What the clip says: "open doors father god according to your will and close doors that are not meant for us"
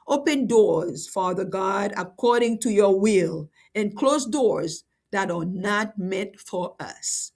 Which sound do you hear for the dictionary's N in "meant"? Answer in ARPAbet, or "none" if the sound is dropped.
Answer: none